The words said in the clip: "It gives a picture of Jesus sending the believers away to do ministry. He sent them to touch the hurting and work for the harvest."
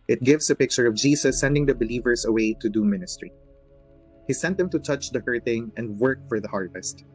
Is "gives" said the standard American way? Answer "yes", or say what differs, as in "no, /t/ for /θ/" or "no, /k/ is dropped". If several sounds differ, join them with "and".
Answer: no, /s/ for /z/